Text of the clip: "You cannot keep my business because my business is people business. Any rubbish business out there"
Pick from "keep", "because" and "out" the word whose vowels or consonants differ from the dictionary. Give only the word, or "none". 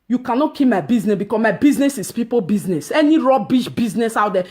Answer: because